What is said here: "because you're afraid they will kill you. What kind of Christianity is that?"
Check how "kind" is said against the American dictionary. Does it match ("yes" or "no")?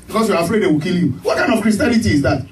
no